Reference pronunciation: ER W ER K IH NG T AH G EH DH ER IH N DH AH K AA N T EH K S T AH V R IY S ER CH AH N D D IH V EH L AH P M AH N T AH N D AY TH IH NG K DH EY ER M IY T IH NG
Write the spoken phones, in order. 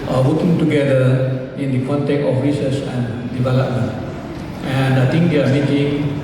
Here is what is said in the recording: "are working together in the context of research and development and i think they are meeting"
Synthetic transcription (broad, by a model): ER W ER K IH NG T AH G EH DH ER IH N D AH K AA N T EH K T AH F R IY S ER S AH N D D IH V EH L AH P M AH N T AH N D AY T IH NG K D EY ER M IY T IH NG